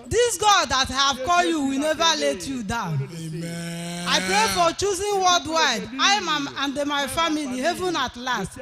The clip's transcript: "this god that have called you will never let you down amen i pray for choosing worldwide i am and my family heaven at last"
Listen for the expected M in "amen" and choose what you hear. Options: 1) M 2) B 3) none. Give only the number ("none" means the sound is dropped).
3